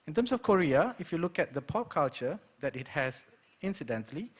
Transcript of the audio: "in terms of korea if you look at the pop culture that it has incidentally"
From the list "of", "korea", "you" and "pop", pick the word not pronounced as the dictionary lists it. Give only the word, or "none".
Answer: of